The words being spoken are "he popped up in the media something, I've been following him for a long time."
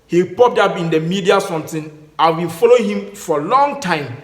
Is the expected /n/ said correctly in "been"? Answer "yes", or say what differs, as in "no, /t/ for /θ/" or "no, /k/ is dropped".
no, /l/ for /n/